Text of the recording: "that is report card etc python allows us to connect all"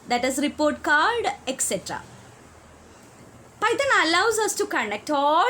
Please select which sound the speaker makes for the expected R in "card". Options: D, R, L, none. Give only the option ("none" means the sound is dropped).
L